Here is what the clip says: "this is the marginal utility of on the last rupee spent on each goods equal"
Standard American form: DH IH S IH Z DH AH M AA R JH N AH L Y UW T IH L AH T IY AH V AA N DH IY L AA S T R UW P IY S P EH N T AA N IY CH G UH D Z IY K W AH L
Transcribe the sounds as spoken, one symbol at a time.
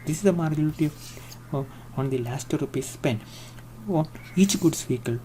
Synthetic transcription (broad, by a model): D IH S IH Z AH M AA R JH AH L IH T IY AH AA N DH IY L AA S T R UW P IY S P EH N AA N IY CH G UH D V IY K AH L